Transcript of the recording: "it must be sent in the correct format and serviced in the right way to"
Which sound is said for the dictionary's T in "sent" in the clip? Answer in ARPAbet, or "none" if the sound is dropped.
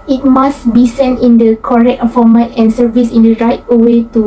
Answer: T